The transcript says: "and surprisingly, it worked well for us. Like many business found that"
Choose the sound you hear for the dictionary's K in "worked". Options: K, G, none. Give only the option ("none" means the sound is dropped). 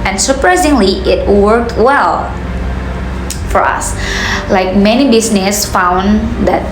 K